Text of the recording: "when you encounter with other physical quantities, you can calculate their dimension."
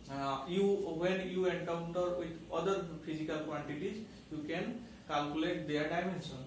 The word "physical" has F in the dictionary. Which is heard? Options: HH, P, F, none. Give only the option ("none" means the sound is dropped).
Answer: P